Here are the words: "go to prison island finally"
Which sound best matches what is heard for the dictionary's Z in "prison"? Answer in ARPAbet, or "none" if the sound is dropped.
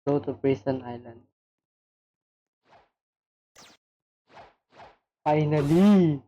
S